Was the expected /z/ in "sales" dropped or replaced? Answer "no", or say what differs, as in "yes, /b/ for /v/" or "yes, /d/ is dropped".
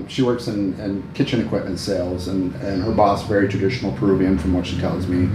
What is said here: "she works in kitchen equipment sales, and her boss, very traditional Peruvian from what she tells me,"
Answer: no